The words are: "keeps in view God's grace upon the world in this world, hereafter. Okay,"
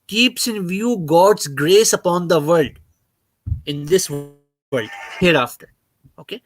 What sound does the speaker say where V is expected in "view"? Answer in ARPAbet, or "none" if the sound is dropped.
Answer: V